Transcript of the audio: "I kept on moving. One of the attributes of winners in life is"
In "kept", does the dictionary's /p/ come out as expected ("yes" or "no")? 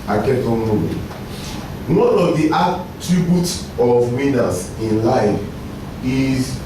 no